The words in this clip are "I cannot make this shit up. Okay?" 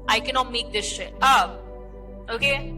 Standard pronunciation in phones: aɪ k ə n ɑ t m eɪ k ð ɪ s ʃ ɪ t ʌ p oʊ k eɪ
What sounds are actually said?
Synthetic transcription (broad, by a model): aɪ k ə n ɑ t m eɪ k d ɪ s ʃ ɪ ʌ oʊ k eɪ